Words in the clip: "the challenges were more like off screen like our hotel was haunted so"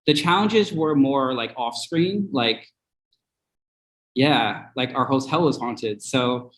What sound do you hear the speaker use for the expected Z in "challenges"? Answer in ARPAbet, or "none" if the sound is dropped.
Z